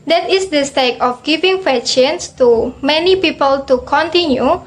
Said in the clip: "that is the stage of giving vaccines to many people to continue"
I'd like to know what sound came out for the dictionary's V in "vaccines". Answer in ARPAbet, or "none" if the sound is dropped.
F